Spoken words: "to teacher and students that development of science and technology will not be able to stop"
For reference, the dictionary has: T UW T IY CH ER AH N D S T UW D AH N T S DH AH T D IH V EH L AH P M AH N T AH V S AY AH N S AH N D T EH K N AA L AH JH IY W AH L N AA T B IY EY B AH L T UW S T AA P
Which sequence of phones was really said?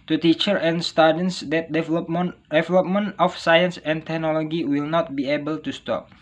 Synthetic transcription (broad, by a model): T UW T IY CH ER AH N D S T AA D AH N S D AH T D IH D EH L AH P M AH N AH F S AY AH N S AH N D T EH K N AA L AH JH IY W AH L N AA T B IY EY B AH L T UW S T AA P